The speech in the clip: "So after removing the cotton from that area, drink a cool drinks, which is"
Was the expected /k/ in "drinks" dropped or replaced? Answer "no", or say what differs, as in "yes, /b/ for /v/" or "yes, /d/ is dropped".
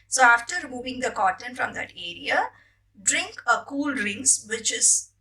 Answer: yes, /k/ is dropped